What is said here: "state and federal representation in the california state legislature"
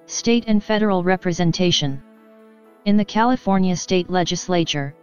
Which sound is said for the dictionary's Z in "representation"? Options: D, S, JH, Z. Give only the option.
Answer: Z